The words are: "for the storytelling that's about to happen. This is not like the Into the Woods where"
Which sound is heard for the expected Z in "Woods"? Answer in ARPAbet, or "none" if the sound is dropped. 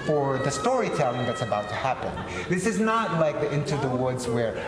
Z